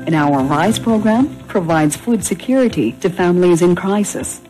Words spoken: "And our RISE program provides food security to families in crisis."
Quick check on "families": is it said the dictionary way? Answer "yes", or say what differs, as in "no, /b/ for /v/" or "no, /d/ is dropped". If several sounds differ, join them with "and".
yes